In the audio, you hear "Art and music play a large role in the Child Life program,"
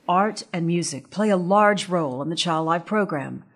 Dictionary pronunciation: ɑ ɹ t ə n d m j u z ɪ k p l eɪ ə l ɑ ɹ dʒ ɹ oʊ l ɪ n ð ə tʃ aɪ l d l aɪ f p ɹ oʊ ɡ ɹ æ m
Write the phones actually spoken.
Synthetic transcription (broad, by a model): ɑ ɹ t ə n m j u z ɪ k p l eɪ ə l ɑ ɹ dʒ ɹ oʊ l ɪ n ð ə tʃ aɪ l d l aɪ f p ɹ oʊ ɡ ɹ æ m